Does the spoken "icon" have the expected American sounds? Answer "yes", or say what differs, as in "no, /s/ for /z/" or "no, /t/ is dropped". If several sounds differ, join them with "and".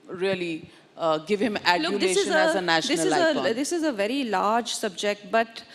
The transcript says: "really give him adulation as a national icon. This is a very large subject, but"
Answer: no, /k/ is dropped